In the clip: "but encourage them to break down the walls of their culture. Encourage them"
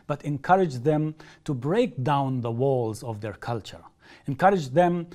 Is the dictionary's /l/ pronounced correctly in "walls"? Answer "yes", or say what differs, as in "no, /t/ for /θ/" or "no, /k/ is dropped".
yes